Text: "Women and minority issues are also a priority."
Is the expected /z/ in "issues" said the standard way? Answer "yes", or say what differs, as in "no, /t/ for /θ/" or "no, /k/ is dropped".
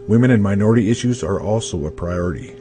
yes